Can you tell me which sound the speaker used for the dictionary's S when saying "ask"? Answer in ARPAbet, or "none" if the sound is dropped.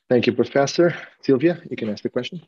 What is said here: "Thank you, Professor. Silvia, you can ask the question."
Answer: S